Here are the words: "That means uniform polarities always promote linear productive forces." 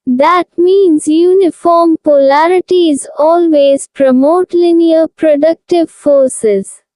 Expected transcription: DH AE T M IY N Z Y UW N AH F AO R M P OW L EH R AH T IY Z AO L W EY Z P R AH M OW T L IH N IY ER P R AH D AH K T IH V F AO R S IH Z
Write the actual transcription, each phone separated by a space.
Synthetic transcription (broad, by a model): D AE T M IY N Z Y UW N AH F AO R M P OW L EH R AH T IY Z AO L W EY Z P R AH M OW T L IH N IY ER P R AH D AH K T IH V F AO R S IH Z